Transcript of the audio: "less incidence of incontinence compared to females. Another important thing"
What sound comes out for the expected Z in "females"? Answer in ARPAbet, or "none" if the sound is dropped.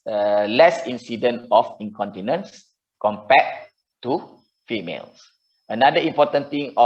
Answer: S